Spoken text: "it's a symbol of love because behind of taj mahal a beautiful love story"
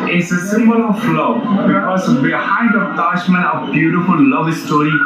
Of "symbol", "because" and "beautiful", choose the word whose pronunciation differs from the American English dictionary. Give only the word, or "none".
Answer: because